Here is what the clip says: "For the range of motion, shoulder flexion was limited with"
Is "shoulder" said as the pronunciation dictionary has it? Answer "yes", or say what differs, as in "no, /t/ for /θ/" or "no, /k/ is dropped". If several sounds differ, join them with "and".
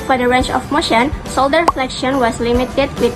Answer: no, /s/ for /ʃ/